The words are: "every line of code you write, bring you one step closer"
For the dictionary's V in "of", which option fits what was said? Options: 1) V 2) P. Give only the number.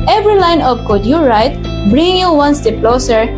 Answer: 2